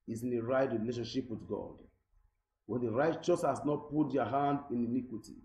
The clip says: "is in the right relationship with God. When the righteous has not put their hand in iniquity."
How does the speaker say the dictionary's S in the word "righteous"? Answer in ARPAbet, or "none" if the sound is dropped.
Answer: S